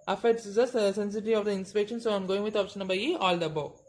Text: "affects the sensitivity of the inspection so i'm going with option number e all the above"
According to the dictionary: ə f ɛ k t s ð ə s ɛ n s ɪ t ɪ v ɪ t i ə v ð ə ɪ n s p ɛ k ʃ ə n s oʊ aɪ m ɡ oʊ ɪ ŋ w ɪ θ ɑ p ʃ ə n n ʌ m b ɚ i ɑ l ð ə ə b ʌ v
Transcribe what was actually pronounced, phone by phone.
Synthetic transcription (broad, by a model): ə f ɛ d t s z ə s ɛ n s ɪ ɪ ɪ t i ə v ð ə ɪ n s p ɛ k ʃ ə n s oʊ aɪ m ɡ oʊ ɪ ŋ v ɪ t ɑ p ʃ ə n n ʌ b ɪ i ɑ l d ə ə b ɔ